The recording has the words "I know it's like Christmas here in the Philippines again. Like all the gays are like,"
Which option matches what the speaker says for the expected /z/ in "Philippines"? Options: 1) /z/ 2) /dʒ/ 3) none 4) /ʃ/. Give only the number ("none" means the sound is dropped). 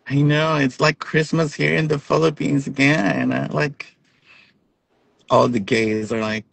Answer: 1